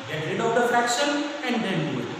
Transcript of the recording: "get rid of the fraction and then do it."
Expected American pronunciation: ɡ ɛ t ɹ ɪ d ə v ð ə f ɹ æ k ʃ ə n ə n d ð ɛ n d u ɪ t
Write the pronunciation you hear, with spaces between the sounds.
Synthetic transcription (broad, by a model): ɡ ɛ t ɹ ɪ d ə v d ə f ɹ æ k ʃ ə n ə n d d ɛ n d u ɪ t